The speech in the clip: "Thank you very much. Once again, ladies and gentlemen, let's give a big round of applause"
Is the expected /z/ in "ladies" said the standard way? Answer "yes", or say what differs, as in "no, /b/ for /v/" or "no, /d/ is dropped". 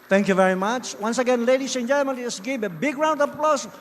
no, /s/ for /z/